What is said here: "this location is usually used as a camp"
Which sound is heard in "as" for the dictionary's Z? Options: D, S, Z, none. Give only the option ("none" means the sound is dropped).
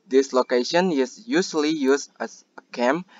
S